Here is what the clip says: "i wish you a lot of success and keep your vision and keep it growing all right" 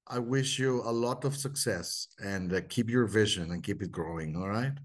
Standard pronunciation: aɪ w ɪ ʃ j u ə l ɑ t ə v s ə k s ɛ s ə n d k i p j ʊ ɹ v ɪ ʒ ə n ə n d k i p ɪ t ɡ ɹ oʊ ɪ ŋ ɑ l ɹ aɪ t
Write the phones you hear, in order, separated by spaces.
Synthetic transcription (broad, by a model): aɪ w ɪ ʃ j u ə l ɑ t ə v s ə k s ɛ s ə n d k i p j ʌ ɹ v ɪ ʒ ə n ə n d k i p ɪ t ɡ ɹ oʊ ɪ ŋ ɑ l ɹ aɪ t